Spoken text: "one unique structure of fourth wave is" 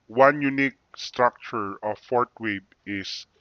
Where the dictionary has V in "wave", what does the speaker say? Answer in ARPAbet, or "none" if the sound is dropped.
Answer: B